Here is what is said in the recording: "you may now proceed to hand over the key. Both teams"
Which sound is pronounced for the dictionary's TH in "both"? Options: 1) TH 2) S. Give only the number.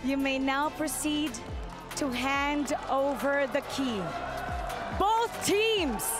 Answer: 1